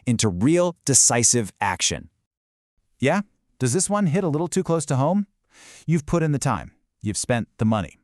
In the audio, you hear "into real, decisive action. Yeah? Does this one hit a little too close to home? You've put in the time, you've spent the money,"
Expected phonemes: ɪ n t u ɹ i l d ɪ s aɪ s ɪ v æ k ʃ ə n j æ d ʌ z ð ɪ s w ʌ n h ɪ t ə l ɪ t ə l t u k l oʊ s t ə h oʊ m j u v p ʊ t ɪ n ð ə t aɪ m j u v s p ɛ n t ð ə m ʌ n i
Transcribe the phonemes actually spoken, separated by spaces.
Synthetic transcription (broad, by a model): ɪ n t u ɹ i l d ɪ s aɪ s ɪ v æ k ʃ ə n j æ d ʌ z ð ɪ s w ʌ n h ɪ t ə l ɪ t l t u k l oʊ s t ə h oʊ m j u v p ʊ t ɪ n ð ə t aɪ m j u v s p ɛ n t ð ə m ʌ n i